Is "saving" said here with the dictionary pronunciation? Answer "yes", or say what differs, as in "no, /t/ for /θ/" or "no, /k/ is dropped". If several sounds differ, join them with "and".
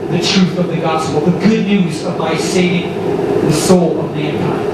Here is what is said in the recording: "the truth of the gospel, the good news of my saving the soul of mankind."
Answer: no, /v/ is dropped